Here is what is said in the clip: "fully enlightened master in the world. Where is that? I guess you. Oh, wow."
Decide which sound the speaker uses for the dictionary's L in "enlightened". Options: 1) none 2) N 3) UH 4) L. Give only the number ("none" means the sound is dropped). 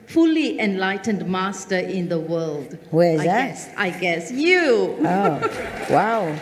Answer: 4